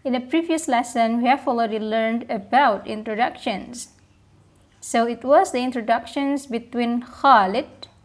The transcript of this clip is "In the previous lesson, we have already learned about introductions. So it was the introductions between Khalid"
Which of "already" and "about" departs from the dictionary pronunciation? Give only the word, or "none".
already